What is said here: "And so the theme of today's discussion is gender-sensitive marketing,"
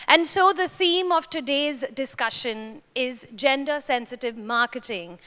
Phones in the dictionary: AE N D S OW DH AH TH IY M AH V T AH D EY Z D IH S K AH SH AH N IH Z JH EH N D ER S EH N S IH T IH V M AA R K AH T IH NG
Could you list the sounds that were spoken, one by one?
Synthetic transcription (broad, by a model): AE N D S OW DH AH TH IY M AH V T AH D EY Z D IH S K AH SH AH N IH Z JH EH N D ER S EH N S IH T IH V M AA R K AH T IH NG